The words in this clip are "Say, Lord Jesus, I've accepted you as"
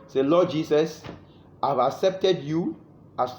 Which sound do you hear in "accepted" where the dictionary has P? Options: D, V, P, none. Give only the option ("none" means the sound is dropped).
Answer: P